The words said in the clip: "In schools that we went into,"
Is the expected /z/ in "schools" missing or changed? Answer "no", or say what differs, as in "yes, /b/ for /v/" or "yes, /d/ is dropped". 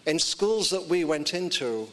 no